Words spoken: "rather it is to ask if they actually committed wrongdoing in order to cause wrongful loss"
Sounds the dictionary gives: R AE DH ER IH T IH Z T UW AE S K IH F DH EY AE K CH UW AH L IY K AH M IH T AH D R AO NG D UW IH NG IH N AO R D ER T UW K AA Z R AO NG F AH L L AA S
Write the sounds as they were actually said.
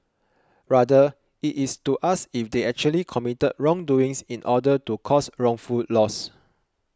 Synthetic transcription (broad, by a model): R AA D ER IH T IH S T UW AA S IH F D EY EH K CH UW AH L IY K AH M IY T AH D R AO NG D UW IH NG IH N AO D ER T UW K AA S R AO NG F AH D L AA S